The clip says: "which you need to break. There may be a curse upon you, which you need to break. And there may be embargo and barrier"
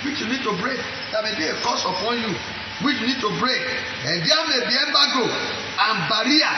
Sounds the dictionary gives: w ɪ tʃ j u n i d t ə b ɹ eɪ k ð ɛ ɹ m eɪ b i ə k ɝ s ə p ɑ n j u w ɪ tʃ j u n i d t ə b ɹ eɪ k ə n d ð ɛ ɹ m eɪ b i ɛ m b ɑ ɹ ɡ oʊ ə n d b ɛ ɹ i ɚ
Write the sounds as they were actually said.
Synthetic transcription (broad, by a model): w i tʃ j u n i d t ə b ɹ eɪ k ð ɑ m eɪ b i ə k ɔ s ə p ɑ n j u w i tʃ j u n i d t ə b ɹ eɪ k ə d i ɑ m eɪ b i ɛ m b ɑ ɡ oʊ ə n b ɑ ɹ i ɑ